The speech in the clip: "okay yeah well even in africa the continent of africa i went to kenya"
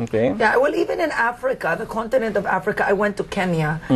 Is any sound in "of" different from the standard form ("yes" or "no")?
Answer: no